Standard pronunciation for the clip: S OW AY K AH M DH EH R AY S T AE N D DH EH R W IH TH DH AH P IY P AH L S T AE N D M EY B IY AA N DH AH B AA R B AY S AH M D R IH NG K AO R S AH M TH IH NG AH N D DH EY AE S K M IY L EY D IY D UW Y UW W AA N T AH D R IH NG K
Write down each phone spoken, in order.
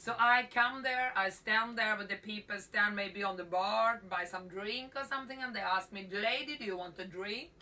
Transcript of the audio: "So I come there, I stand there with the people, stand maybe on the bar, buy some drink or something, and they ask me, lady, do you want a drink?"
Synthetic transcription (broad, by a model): S OW AY K AH M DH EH R AY S T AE N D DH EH R W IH DH AH P IY P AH L S T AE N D M EY B IY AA N DH AH B AA R B AY S AH M D R IH NG K AO R S AH M TH IH NG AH N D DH EY AE S K M IY L EY D IY D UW Y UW W AA N T AH D R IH NG K